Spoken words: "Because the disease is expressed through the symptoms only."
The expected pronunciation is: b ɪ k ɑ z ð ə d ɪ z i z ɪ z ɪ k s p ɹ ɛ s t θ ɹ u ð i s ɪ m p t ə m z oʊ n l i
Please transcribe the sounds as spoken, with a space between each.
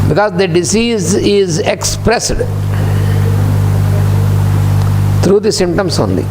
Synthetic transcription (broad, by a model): b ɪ k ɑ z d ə d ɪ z i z ɪ z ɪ k s p ɹ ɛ s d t ɹ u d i s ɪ m t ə m s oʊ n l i